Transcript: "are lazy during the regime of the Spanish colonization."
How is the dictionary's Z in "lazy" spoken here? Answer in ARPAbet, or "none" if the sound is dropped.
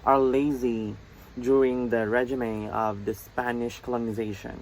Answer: Z